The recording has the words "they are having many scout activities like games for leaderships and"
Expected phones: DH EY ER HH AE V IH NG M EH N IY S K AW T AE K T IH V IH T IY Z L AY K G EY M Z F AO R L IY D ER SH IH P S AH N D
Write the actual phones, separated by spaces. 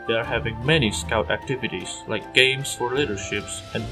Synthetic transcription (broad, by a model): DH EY ER HH AE V IH NG M EH N IY S K AW T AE K T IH V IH T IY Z L AY K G EY M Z F AO R L IY D ER SH IH P S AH N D